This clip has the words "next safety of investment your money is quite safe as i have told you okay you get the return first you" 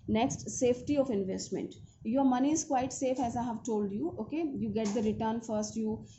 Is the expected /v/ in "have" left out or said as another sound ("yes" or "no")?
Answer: no